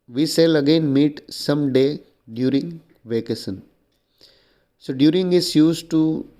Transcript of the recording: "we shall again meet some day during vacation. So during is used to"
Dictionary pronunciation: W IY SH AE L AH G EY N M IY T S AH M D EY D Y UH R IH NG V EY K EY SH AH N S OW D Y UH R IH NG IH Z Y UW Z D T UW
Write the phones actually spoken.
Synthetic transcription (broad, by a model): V IY S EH L AH G EY N M IY T S AH M D EY D Y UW R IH NG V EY K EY S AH N S OW D Y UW R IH NG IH S Y UW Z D T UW